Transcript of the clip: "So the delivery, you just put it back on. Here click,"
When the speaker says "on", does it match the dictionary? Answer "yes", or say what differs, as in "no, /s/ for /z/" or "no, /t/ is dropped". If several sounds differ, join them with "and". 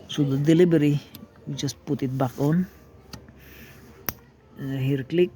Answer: yes